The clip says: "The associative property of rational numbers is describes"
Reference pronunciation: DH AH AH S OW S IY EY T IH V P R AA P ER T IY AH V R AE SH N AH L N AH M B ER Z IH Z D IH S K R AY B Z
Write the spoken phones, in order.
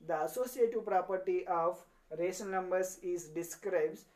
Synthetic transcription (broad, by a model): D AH AH S OW S IY EY T IH V P R AA P ER T IY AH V R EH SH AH N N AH M B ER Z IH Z D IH S K R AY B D